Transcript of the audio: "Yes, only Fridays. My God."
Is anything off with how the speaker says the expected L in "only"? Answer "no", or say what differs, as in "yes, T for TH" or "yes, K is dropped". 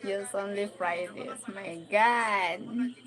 no